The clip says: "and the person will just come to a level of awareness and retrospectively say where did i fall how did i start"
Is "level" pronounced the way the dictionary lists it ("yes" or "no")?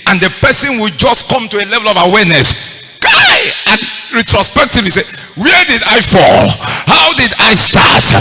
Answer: yes